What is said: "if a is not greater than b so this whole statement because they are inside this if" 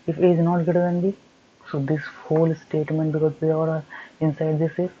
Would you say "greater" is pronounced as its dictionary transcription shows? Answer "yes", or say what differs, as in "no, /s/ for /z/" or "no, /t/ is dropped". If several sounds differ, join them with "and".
no, /ɹ/ is dropped